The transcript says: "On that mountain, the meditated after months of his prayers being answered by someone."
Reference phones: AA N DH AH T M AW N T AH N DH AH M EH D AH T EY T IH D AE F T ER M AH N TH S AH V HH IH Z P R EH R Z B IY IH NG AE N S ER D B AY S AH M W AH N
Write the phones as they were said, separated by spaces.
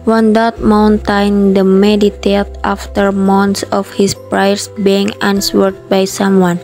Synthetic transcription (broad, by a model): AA N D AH T M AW N T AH N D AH M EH D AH T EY T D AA F T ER M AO N T S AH F HH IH S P R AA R S B IY IH NG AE N S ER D B AY S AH M W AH N